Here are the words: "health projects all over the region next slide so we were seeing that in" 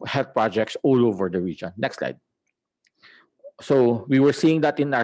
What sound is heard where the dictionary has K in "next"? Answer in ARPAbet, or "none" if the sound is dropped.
K